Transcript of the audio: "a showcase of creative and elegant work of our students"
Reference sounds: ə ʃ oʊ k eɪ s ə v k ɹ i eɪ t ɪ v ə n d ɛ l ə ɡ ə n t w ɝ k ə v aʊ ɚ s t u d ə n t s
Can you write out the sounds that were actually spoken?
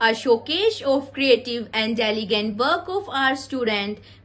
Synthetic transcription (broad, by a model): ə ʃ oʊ k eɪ ʃ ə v k ɹ i eɪ t ɪ v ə n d ɛ l ə ɡ ə n t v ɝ k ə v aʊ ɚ s t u d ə n t